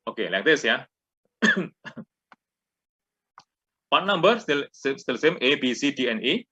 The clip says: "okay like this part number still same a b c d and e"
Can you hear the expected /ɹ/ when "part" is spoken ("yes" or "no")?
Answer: no